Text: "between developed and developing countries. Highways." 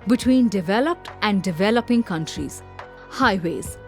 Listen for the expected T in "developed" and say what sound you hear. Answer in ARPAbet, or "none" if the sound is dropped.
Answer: T